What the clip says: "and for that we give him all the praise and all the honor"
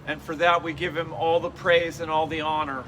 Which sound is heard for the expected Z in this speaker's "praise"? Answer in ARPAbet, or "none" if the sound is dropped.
Z